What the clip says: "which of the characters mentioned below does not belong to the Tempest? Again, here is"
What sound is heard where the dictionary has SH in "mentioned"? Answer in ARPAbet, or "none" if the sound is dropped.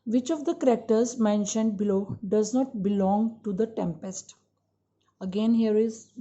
SH